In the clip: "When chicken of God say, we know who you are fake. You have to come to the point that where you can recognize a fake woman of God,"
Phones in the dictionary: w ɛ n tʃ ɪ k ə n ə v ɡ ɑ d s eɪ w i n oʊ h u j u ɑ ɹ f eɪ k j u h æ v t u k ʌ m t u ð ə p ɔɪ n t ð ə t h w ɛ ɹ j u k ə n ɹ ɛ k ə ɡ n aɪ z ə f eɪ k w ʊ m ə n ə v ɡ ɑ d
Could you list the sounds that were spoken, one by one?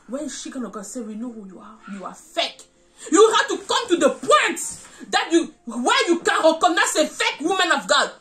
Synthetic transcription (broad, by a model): w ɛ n ʃ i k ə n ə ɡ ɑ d s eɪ w i n oʊ h u j u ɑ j f eɪ k j u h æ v t u k ʌ m t u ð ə p ɔɪ n t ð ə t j w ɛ j u k ə n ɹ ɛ k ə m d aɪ s ə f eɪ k w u m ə n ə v ɡ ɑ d